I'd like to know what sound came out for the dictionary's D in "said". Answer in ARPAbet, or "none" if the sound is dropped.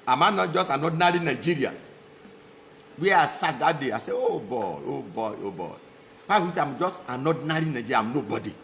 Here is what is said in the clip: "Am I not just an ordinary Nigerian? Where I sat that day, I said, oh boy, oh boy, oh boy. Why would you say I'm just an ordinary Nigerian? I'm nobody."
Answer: none